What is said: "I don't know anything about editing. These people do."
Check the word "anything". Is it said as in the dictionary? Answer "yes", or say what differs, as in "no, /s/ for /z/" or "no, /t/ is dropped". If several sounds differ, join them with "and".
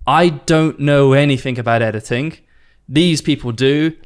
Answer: yes